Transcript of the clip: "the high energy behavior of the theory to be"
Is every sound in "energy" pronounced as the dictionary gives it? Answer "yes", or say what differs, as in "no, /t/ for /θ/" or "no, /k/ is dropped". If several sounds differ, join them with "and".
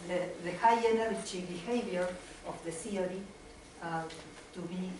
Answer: no, /tʃ/ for /dʒ/